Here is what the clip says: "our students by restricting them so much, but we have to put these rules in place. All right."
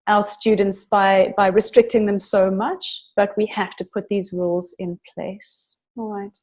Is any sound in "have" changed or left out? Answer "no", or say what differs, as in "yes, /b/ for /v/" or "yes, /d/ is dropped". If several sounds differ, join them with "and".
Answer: yes, /f/ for /v/